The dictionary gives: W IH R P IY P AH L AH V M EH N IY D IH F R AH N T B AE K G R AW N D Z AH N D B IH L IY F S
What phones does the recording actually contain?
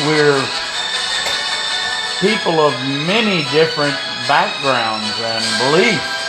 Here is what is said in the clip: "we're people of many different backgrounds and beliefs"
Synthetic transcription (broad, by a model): W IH R P IY P L AH V M EH N IY D IH F R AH N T B AE K G R AW N D Z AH N B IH L IY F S